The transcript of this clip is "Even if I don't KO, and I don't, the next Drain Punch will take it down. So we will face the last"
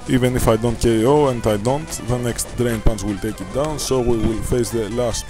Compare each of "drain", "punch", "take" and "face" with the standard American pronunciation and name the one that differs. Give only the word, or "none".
punch